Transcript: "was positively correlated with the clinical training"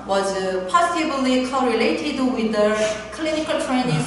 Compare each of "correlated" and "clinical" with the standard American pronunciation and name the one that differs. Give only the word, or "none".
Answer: none